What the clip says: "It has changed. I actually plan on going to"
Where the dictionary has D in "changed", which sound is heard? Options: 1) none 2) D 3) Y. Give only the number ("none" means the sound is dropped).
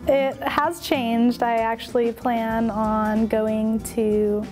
2